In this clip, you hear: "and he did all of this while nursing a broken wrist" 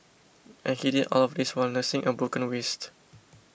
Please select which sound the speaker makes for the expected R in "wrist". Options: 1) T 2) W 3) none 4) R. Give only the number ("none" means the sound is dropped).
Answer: 2